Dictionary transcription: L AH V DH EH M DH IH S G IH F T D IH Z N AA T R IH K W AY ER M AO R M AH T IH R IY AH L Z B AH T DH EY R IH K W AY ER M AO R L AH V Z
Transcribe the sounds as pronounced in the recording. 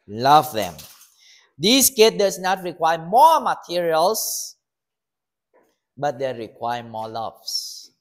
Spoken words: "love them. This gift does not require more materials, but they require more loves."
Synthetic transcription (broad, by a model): L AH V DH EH M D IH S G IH T D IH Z N AA T R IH K W AY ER M AO M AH T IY R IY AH L S B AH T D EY R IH K W AY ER M AO L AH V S